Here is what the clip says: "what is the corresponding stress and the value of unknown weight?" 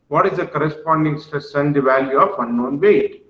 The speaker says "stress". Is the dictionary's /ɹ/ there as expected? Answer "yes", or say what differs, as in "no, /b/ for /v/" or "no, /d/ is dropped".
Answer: no, /ɹ/ is dropped